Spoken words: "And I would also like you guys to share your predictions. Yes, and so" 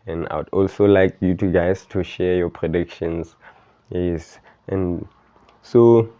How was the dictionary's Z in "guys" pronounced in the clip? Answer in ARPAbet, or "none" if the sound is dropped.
S